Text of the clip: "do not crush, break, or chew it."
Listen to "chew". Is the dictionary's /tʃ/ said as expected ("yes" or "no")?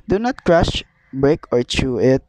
yes